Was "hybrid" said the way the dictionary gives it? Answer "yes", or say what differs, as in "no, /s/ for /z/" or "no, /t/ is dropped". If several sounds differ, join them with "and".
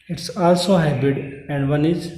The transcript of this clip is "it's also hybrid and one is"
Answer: no, /ɹ/ is dropped